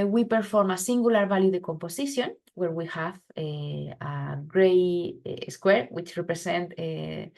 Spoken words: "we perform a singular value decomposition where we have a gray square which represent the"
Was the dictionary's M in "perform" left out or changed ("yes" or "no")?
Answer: no